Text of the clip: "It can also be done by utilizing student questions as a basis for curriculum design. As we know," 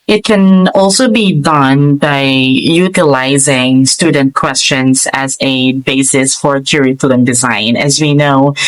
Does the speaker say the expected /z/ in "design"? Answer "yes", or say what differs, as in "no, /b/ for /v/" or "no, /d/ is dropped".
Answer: yes